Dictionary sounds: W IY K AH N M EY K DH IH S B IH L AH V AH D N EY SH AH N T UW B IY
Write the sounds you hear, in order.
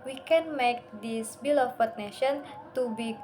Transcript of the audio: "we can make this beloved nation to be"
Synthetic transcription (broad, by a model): W IY K AH N M EY K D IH S B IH L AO P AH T N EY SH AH N T UW B IY